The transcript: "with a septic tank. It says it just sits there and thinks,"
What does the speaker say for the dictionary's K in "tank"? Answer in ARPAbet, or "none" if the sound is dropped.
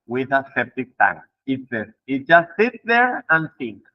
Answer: none